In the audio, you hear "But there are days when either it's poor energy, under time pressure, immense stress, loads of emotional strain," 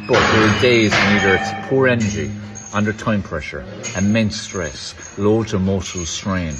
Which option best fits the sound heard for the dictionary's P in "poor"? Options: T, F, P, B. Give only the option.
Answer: P